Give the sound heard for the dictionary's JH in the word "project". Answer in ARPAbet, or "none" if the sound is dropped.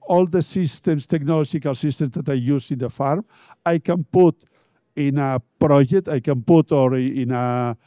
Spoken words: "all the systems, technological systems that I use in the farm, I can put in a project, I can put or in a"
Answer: ZH